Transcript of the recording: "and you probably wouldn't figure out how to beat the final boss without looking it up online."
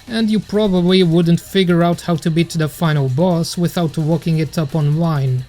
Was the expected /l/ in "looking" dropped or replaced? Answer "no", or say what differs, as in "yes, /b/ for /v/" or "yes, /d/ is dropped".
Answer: yes, /w/ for /l/